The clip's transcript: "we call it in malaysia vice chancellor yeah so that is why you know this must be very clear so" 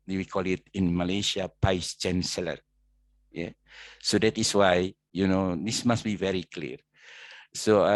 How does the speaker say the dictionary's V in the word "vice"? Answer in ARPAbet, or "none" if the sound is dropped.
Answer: P